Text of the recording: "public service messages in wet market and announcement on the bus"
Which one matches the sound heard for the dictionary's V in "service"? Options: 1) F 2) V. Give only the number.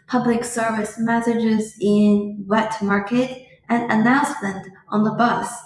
2